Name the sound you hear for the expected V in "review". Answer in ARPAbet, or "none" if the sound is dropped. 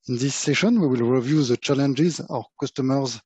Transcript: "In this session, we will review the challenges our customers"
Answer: V